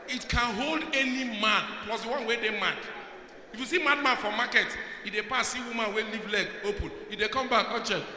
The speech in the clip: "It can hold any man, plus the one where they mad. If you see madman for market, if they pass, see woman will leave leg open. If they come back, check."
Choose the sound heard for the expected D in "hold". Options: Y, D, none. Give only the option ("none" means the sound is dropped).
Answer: D